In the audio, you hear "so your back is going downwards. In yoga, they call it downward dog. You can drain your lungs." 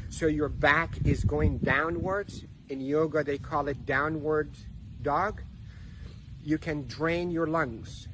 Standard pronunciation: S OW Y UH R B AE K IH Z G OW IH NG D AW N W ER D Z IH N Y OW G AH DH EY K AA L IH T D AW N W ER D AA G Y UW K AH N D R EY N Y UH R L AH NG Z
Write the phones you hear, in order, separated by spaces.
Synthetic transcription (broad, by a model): S OW Y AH R B AE K IH Z G OW IH NG D AW N W ER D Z IH N Y OW G AH DH EY K AA L IH T D AW N W ER D AA G Y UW K AH N D R EY N Y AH R L AH NG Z